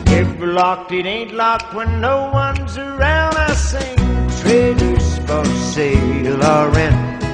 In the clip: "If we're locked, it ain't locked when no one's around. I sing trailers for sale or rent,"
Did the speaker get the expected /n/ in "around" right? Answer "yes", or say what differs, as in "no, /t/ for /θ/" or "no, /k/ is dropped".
yes